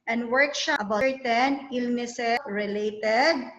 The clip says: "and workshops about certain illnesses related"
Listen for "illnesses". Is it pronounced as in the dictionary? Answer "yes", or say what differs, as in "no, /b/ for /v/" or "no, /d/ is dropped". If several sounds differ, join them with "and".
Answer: no, /z/ is dropped